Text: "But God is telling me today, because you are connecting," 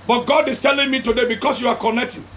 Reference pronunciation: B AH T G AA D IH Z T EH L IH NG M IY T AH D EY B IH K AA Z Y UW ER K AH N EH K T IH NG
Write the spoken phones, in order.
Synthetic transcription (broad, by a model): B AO T G AA D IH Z T EH L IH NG M IY T AH D EY B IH K AA S Y UW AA K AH N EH K T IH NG